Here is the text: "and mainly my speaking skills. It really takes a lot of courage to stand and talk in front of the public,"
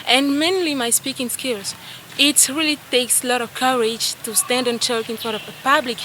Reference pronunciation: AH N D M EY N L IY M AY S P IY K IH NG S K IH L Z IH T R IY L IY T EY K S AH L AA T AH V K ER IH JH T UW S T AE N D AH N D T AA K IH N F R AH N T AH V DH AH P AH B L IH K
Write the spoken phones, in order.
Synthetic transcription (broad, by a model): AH N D M EY N L IY M AY S P IY K IH NG S K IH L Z IH T R IY L IY T EY K S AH L AA T AH V K ER IH JH T UW S T AE N D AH N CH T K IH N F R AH T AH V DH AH P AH B L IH K